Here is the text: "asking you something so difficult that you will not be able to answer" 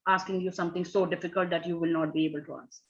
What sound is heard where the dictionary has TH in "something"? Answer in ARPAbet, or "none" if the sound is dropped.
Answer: T